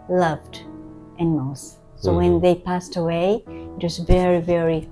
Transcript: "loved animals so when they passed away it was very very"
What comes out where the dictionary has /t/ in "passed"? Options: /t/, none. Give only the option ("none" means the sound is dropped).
/t/